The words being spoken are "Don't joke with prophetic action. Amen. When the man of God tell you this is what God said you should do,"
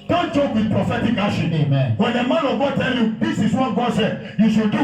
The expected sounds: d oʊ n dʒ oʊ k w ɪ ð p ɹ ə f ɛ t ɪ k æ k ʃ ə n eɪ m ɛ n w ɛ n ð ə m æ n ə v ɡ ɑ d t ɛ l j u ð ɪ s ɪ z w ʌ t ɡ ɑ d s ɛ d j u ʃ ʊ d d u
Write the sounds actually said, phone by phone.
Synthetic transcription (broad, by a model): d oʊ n dʒ oʊ k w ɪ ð p ɹ ə f ɛ t ɪ k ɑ ʃ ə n eɪ m ɛ n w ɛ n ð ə m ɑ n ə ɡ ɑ t ɛ l j u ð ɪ s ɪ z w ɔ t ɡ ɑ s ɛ j u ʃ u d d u